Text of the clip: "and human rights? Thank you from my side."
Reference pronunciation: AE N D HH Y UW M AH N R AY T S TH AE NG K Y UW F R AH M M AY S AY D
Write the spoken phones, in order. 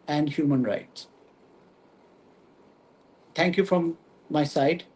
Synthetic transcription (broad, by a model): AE N D HH Y UW M AH N R AY T S T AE NG K Y UW F R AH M M AY S AY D